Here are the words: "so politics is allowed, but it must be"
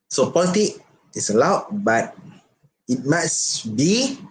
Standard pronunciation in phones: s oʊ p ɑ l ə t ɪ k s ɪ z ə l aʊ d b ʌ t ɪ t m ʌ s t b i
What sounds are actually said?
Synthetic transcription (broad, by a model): s oʊ p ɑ l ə t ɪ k ɪ s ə l aʊ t b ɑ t ɪ t m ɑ s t b i